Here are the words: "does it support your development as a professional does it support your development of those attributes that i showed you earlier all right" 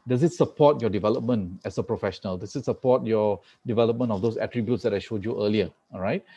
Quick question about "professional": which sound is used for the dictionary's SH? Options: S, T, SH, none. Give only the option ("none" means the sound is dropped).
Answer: SH